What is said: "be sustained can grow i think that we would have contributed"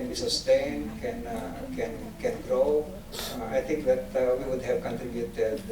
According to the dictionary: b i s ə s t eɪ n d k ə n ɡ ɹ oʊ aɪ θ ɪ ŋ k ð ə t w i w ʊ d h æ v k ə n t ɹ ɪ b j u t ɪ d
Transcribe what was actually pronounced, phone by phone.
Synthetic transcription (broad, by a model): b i s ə s t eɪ n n k ə n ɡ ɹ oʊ aɪ t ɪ ŋ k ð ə t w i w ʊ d h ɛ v k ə n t ɹ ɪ b j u t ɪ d